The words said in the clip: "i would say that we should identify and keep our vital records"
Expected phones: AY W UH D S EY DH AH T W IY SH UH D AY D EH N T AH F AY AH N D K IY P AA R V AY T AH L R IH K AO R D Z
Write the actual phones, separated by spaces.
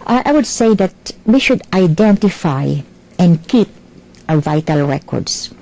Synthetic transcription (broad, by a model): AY W UH D S EY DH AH T W IY SH UH D AY D EH N T AH F AY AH N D K IY P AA V AY T AH L R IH K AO R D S